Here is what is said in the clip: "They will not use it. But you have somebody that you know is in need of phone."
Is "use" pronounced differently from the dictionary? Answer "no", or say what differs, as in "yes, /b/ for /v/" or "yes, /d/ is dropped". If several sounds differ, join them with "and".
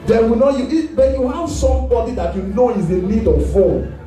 yes, /s/ is dropped